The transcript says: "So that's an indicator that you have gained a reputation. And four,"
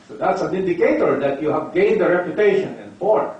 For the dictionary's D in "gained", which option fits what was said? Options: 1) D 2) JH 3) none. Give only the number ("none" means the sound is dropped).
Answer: 1